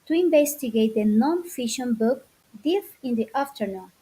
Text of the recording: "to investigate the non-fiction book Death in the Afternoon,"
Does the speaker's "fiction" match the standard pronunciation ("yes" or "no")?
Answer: no